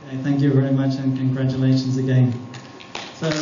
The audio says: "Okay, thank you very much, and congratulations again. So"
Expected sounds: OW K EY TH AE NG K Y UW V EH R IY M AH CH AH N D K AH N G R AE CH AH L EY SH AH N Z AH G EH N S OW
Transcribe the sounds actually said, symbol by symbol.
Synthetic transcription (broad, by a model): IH TH AE NG K Y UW V EH R IY M AH CH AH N K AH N G R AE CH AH L EY SH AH N Z AH G EH N S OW